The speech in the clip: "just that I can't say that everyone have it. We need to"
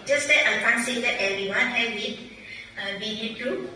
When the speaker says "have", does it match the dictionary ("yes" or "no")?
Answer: no